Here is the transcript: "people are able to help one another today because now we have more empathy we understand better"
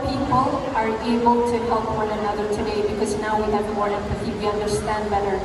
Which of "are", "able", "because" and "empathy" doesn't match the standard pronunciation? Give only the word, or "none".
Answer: empathy